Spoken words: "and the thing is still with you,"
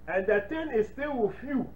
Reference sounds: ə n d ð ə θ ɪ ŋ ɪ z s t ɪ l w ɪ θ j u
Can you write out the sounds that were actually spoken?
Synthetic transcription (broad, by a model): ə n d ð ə t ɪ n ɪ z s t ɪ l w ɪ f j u